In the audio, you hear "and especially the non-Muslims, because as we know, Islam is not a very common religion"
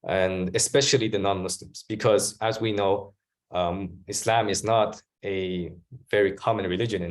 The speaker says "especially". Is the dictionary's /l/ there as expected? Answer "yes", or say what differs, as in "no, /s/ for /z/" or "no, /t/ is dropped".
yes